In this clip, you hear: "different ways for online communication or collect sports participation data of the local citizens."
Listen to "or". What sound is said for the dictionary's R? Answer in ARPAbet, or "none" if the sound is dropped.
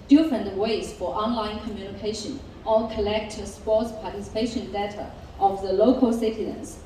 L